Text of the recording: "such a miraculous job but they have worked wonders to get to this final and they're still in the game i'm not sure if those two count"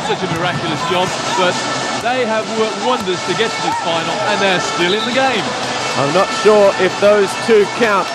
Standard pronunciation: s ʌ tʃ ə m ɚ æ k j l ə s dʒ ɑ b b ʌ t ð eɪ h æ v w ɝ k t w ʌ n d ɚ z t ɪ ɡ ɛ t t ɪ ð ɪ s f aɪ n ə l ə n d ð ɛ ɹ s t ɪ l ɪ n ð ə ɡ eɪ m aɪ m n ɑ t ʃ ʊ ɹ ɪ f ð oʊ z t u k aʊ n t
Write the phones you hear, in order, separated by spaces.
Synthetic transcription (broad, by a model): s ʌ tʃ ə m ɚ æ k j l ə s dʒ ɑ b b ʌ t ð eɪ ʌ v w ɝ k t w ʌ n d ɚ z t ɪ ɡ ɛ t t ɪ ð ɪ f aɪ n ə l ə n ð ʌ ɹ s t ɪ l ɪ n ð ə ɡ eɪ m aɪ m n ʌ t ʃ ʊ ɹ ɪ f ð oʊ z t u k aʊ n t